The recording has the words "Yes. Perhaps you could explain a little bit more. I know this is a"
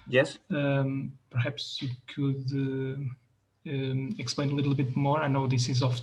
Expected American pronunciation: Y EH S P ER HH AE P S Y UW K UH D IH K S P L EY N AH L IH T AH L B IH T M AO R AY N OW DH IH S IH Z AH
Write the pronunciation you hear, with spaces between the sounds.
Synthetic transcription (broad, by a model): Y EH S P ER HH AE P S Y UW K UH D IH K S P L EY N AH L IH T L B IH T M AO R AY N OW DH IH S IH Z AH